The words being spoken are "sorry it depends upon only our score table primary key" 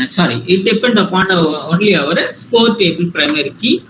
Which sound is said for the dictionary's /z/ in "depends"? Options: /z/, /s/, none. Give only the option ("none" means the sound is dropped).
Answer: none